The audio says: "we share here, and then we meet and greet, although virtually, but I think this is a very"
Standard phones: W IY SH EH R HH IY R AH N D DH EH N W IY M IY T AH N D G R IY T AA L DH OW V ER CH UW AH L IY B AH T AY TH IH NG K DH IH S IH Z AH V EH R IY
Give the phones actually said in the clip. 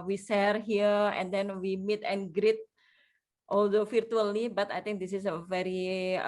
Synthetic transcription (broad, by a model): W IY S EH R HH IY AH AH N D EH N W IY M IY T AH N G R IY T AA L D OW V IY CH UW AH L IY B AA T AY T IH NG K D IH S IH S AH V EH R IY